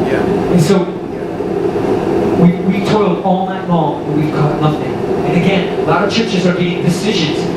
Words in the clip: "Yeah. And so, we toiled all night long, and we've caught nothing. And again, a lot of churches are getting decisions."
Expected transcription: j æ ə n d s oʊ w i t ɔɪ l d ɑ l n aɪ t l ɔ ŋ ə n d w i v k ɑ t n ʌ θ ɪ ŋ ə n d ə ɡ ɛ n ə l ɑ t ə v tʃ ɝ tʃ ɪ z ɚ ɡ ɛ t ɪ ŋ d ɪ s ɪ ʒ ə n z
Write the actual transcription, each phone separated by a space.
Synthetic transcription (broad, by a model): j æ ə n s oʊ w i t ɔɪ l d ɑ l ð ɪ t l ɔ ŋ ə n w i v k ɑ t l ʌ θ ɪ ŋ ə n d ə ɡ ɛ n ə l ɑ t ə v tʃ ɝ tʃ ɪ z ɚ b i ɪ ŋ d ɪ s ɪ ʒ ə n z